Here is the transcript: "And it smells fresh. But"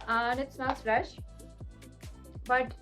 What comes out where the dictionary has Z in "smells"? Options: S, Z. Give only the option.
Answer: S